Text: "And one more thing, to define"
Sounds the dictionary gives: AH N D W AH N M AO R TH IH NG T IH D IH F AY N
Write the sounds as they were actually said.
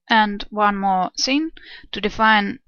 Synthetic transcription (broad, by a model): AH N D W AH N M AO R S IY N T IH D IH F AY N